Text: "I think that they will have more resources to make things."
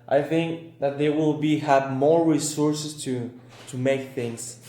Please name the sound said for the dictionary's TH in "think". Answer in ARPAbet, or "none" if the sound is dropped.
TH